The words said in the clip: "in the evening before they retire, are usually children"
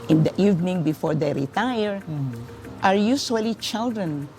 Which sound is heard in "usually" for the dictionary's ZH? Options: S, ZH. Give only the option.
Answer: S